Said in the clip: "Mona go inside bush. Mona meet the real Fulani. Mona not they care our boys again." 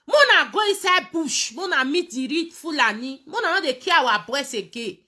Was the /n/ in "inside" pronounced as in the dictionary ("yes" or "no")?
no